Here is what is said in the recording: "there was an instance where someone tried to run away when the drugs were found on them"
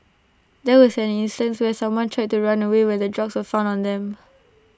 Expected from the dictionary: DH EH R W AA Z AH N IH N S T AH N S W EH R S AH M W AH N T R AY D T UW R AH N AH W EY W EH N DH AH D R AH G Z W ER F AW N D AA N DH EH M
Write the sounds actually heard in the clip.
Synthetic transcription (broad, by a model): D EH W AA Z AH N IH N S T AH N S W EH S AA M W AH N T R AY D T UW R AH N AH W EY W EH N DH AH D R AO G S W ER F AW N AA N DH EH M